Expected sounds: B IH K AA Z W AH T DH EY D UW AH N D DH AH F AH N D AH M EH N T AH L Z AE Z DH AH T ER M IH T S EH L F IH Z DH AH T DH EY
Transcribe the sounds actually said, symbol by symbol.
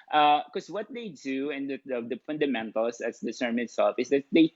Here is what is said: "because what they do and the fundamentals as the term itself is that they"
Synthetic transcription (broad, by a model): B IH K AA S W AH T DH EY D UW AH N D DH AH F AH N D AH M EH N T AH L S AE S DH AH S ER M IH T S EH L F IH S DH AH T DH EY